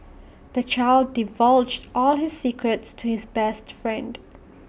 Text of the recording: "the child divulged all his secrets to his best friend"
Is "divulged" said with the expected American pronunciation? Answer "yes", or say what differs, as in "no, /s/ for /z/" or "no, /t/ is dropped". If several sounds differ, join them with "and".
yes